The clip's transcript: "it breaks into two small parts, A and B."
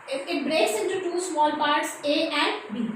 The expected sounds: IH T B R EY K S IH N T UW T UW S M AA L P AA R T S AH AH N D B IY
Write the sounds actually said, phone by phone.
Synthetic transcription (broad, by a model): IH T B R EY S IH N T UW T UW S M AA L P AA R T S AH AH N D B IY